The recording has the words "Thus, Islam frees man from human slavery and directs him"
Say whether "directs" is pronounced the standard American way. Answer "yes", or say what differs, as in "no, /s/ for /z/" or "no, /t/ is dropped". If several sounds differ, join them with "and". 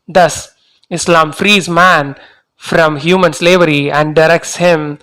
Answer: yes